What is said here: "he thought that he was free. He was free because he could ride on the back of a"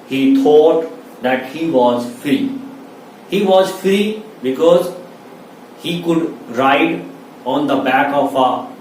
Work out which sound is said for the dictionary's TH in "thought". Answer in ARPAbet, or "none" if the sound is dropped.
T